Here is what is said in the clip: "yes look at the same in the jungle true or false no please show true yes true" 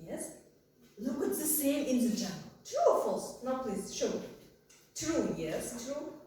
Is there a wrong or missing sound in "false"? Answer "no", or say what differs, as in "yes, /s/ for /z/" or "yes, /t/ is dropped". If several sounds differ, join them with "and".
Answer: no